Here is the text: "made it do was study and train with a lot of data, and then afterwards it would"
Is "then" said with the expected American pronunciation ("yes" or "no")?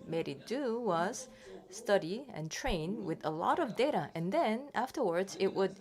yes